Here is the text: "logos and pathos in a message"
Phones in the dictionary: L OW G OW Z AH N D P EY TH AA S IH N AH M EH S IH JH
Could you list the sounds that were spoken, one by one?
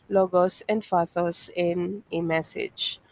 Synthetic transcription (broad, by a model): L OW G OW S AH N D F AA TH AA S IH N AH M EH S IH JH